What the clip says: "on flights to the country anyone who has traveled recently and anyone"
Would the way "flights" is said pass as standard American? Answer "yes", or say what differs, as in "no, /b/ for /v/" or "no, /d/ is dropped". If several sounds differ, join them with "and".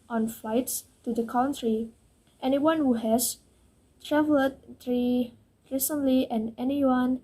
yes